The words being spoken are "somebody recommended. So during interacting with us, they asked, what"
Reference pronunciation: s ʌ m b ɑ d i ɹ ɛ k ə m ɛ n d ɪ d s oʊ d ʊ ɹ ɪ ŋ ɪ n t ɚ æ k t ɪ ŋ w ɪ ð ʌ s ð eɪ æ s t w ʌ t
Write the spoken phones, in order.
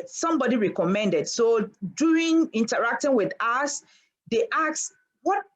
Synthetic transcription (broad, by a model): s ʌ m b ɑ d i ɹ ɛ k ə m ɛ n d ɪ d s oʊ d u ɪ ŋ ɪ n t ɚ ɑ k t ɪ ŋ w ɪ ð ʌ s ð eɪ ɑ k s w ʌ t